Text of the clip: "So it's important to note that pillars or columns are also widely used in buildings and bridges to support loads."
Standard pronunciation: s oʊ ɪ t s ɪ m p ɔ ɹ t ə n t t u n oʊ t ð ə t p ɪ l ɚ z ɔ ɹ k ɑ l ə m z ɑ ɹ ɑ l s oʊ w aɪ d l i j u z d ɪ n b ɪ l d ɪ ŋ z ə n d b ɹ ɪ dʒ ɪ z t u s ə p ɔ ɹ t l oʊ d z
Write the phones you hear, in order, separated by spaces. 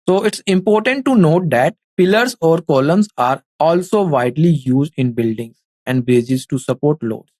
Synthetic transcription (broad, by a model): s oʊ ɪ t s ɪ m p ɔ ɹ t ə n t t u n oʊ t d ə t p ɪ l ɚ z ɔ ɹ k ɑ l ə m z ɑ ɹ ɑ l s oʊ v aɪ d l i j u z d ɪ n b ɪ l d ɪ ŋ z ə n d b ɛ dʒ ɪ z t u s ə p ɔ ɹ t l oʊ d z